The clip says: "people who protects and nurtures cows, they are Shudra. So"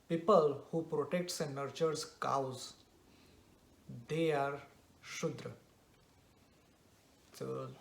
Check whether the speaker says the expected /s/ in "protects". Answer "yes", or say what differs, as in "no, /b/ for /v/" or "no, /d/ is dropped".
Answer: yes